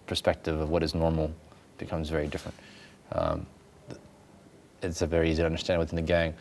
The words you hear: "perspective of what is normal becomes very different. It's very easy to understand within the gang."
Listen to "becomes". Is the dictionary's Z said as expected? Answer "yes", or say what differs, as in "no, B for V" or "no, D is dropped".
yes